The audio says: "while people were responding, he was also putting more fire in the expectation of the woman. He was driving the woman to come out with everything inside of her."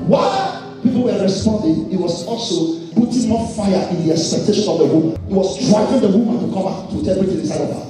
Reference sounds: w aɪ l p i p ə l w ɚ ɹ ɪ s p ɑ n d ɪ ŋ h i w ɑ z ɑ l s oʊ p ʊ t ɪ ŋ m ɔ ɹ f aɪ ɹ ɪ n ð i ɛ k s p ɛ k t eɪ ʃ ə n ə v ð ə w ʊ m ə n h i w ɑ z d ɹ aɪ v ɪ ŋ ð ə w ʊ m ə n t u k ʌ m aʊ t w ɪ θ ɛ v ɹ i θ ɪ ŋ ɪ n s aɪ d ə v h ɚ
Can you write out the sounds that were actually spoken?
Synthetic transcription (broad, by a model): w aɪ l p i p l w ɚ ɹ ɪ s p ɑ n d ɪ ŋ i w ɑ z ɑ l s oʊ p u t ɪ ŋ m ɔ f aɪ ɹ ɪ n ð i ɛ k s p ɛ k t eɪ ʃ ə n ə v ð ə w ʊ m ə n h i w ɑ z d ɹ aɪ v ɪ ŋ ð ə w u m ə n t u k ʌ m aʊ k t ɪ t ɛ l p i t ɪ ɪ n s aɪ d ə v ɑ